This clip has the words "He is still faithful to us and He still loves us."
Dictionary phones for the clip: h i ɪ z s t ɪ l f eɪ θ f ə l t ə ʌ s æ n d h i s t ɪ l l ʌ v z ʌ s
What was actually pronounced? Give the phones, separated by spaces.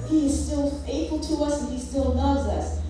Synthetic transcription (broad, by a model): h i ɪ z s t ɪ l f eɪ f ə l t ə ʌ s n h i s t ɪ l n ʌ z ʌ s